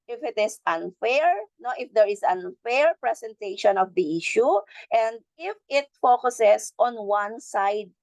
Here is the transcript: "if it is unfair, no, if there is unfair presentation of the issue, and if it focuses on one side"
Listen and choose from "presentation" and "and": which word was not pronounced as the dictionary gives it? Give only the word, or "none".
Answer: presentation